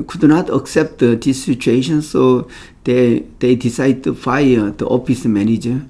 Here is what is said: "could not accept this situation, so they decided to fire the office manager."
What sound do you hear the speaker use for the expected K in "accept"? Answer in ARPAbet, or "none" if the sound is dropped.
K